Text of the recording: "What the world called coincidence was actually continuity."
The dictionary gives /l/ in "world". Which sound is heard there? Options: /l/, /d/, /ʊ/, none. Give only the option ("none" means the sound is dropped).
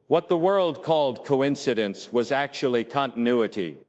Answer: /l/